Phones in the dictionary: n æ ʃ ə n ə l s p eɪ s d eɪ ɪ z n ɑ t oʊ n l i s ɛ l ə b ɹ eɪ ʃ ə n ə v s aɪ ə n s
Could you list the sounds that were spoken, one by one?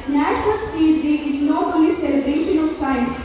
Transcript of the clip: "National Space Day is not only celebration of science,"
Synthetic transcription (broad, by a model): n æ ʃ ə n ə l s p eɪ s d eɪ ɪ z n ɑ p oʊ l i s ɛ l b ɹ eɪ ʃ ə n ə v s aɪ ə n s